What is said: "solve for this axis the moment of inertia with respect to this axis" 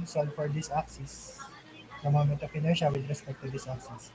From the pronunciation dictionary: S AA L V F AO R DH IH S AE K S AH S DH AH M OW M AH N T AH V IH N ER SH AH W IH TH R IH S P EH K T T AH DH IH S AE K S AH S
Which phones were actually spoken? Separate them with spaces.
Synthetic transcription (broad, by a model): S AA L F AO R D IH S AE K S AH S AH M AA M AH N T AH P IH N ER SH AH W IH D R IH S P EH K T T AH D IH S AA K S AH S